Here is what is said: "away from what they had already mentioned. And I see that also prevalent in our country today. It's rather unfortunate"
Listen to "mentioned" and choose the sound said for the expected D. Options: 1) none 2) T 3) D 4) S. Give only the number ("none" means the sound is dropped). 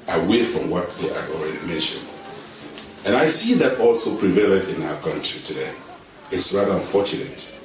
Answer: 3